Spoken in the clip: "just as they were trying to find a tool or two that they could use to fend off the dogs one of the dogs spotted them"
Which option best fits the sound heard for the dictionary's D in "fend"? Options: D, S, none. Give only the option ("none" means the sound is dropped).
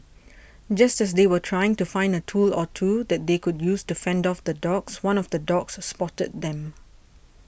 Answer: D